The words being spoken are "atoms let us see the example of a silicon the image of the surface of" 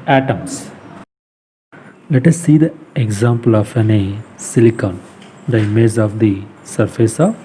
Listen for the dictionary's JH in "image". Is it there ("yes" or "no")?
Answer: no